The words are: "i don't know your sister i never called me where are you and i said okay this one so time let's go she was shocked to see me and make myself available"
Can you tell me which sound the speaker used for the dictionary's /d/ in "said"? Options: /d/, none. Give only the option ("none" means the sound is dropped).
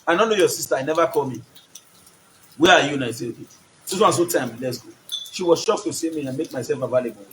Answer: none